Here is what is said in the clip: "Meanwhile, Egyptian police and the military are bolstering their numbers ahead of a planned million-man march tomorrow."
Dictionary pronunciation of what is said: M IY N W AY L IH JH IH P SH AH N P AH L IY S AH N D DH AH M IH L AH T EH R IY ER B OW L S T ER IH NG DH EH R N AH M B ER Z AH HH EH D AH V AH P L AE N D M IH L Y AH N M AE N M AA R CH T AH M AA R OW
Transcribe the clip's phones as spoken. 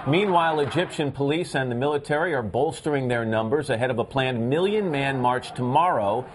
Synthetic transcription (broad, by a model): M IY N W AY L IH JH IH P SH AH N P AH L IY S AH N DH AH M IH L AH T EH R IY ER B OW L S T ER IH NG DH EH R N AH M B ER Z AH HH EH D AH V AH P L AE N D M IH L Y AH N M AE N M AA R CH T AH M AA R OW